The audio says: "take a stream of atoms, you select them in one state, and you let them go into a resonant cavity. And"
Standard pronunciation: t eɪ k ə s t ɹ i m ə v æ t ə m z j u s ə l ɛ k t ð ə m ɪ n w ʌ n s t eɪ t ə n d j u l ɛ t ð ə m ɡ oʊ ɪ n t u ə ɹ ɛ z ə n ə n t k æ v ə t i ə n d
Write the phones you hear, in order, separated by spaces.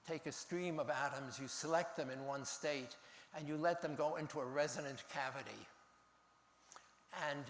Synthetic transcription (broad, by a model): t eɪ k ə s t ɹ i m ə v æ t ə m z j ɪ s ə l ɛ k t ð ə m ɪ n w ʌ n s t eɪ t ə n j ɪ l ɛ t ð ə m ɡ oʊ ɪ n t u ə ɹ ɛ z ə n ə n k æ v ə t i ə n